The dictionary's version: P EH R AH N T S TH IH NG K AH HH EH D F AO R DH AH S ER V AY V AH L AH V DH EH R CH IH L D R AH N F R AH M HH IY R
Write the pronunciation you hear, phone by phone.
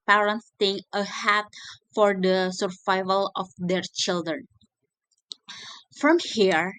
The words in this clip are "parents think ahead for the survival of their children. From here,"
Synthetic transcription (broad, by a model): P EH R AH N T S T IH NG AH HH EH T F AO R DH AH S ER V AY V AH L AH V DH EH R CH IH L D R AH N F R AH M HH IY R